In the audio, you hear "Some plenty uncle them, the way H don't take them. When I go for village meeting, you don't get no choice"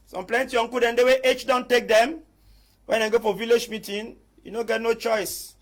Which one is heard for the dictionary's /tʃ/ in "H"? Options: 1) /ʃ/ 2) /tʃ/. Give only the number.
2